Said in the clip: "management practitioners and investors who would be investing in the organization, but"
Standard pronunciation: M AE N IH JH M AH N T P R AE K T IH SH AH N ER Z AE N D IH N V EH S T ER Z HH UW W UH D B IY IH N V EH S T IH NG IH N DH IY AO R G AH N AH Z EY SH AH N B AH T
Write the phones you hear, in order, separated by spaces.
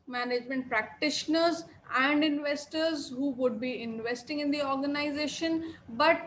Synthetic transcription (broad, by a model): M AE N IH JH M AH N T P R AE K T IH SH AH N ER Z AE N D IH N V EH S T ER Z HH UW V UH D B IY IH N V EH S T IH NG IH N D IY AO R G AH N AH Z EY SH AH N B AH T